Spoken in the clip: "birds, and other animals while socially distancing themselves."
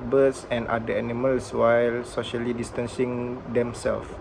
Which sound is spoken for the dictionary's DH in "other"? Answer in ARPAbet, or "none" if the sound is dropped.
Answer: none